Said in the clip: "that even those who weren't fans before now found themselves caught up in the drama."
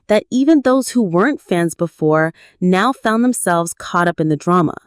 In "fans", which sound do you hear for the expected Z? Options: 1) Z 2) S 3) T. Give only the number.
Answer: 1